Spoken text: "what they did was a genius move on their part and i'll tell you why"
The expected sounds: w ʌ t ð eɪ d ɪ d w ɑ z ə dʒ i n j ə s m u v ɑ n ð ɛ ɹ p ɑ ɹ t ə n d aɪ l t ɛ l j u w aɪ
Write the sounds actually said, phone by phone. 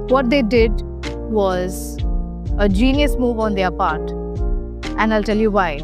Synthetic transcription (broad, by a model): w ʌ t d eɪ d ɪ d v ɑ z ə dʒ i n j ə s m u v ɑ n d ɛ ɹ p ɑ ɹ t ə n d aɪ l t ɛ l j u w aɪ